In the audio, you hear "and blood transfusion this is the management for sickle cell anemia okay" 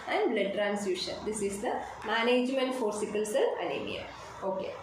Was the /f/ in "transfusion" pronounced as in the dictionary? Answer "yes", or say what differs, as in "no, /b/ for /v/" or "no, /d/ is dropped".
no, /f/ is dropped